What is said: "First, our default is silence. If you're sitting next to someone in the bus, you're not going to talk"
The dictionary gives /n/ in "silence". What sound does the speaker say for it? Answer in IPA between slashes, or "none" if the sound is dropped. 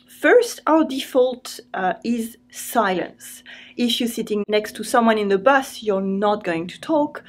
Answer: /n/